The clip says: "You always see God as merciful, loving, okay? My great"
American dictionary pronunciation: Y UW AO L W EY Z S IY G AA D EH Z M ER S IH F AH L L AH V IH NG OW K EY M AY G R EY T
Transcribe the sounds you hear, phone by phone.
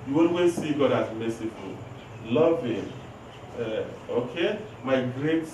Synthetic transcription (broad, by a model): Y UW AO N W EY S IY G AA D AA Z M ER S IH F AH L L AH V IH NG OW K EY M AY G R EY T